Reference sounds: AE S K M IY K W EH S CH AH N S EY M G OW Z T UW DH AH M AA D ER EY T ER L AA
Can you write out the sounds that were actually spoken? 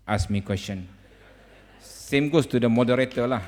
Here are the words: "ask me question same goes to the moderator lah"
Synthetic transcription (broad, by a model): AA S M IY K W EH S CH AH N S EY M G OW S T UW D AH M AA D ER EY T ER L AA